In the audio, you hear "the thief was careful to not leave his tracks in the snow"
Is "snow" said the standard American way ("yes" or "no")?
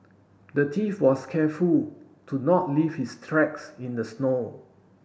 yes